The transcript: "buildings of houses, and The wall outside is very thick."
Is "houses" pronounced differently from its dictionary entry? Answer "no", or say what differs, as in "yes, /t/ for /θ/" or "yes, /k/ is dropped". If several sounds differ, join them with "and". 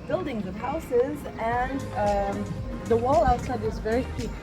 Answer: no